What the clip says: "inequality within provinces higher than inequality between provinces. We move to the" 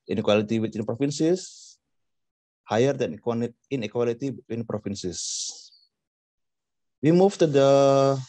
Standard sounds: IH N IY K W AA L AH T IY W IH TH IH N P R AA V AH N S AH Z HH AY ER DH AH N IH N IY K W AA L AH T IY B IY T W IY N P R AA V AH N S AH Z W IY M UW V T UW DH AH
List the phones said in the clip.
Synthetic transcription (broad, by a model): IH N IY K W AA L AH T IY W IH T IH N P R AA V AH N S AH S HH AY ER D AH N N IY K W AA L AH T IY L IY T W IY N P R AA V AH N S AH S W IY M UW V T UW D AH